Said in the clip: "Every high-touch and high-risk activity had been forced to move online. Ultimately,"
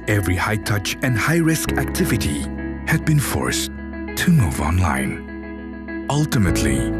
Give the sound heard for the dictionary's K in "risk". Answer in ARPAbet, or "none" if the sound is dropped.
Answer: K